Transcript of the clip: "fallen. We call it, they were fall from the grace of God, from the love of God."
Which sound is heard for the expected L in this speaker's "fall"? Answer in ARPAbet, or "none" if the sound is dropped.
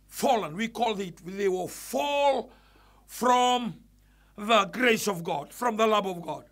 L